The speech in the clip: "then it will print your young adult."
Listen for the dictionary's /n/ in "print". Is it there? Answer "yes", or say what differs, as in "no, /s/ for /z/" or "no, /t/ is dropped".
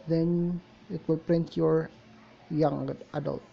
yes